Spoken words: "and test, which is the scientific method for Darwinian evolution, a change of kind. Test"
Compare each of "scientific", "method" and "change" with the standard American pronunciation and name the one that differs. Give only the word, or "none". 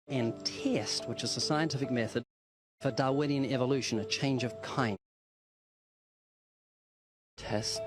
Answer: none